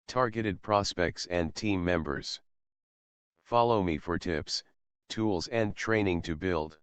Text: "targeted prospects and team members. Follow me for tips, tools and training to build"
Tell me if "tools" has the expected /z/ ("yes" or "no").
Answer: yes